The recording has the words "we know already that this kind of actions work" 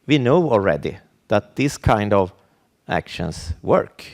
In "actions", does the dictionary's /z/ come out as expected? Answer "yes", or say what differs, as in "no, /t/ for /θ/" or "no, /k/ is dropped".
no, /s/ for /z/